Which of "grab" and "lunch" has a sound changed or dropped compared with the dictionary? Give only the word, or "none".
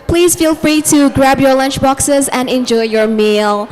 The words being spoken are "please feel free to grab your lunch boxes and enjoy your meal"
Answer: none